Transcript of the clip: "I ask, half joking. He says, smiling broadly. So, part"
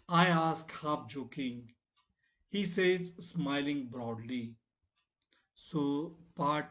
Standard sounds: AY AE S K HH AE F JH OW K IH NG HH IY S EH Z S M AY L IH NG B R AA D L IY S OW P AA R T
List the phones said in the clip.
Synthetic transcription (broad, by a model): AY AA S K HH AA P JH OW K IH NG HH IY S EH Z S M AY L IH NG B R AA D L IY S OW P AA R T